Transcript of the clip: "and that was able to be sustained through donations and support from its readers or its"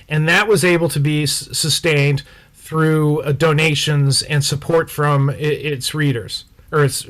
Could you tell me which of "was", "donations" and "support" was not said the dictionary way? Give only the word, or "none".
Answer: none